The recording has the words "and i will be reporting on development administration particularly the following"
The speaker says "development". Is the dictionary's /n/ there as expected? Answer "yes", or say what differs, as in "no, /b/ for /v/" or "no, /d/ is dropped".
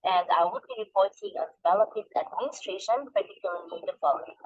no, /n/ is dropped